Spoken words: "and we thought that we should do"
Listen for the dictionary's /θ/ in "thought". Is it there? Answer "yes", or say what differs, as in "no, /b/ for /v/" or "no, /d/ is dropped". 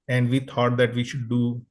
no, /t/ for /θ/